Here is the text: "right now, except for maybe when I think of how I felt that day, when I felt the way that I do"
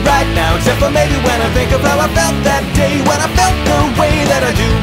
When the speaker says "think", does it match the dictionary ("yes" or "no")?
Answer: yes